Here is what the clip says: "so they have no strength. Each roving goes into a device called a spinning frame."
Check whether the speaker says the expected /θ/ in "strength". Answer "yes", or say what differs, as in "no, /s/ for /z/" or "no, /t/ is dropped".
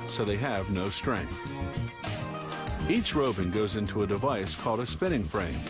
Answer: yes